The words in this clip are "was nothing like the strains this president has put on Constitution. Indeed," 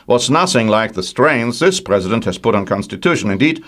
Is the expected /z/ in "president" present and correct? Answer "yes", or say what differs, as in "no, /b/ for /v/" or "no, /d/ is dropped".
yes